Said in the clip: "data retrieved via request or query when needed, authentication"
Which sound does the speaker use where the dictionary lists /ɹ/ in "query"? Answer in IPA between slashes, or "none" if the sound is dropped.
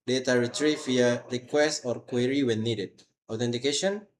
/ɹ/